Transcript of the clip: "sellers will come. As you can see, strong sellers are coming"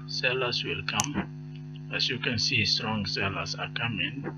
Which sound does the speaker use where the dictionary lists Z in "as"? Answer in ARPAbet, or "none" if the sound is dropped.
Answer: S